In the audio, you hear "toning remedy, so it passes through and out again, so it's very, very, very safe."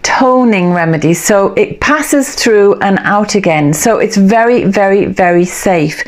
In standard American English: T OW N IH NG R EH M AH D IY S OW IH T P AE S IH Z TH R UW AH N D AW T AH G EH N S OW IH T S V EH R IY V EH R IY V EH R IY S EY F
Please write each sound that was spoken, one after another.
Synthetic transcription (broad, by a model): T OW N IH NG R EH M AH D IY S OW IH T P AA S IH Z TH R UW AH N AW T AH G EH N S OW IH T S V EH R IY V EH R IY V EH R IY S EY F